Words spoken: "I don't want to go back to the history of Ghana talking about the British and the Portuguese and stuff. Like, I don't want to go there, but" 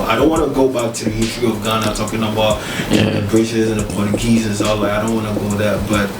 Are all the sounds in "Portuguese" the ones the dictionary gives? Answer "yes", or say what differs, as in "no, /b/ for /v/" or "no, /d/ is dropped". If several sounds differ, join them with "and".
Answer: no, /tʃ/ is dropped